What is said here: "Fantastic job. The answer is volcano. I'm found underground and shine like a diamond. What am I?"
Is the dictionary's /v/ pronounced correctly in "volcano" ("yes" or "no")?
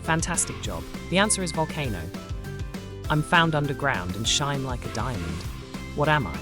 yes